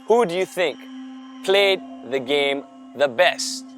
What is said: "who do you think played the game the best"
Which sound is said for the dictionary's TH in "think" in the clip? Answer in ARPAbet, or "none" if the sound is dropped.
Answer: TH